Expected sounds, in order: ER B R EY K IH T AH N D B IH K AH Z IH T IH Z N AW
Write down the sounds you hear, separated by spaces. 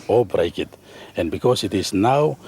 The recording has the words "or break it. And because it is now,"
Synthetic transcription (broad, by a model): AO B R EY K IH T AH N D B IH K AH S IH T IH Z N AW